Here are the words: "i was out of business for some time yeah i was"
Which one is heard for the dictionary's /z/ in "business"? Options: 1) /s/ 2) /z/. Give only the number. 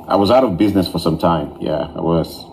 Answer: 2